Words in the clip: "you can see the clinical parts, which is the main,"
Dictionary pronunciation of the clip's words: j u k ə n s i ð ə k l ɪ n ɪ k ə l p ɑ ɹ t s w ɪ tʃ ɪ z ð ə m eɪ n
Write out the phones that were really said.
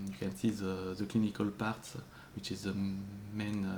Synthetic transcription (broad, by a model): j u k ə n s i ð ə k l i n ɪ k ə l p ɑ ɹ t w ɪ tʃ ɪ z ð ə m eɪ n